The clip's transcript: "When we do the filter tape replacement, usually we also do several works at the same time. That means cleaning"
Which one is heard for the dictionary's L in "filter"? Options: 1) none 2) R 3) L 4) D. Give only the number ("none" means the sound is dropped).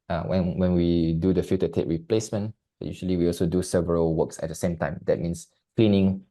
1